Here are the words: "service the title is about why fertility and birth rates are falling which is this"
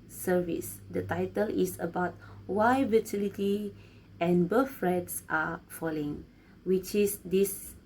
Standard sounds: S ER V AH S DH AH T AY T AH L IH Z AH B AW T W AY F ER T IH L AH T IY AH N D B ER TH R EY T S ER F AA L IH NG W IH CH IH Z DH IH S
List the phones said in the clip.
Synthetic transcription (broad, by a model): S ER V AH S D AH T AY T AH L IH S AH B AW T W AY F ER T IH L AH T IY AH N B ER F R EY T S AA F AA L IH NG W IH CH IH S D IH S